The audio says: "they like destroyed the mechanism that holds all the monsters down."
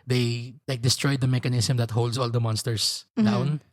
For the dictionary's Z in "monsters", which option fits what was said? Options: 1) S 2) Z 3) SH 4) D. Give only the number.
1